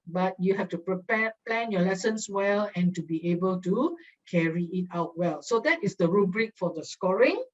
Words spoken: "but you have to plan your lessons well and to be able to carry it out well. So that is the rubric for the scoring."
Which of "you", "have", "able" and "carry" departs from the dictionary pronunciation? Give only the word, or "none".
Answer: have